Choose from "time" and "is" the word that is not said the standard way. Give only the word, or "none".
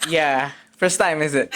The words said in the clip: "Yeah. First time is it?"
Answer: none